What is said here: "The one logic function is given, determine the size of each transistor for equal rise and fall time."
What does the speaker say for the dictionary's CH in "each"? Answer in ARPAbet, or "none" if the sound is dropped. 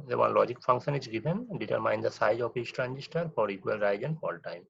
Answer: S